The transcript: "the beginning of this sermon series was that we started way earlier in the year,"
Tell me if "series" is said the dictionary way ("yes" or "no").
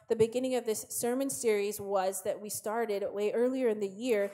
yes